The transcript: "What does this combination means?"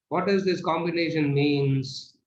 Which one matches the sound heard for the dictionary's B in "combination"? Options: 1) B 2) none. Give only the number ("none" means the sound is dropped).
1